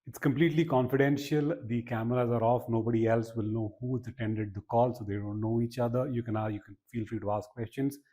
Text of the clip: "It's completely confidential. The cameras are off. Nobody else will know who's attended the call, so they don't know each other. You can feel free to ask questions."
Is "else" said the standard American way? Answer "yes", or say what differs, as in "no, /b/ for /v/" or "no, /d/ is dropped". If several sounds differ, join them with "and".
yes